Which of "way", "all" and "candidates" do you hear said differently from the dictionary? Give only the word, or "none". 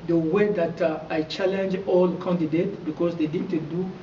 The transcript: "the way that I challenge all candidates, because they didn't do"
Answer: candidates